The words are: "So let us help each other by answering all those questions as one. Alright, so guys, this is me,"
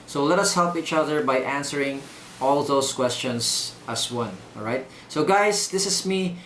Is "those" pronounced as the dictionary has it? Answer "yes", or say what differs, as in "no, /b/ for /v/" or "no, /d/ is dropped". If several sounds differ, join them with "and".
no, /s/ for /z/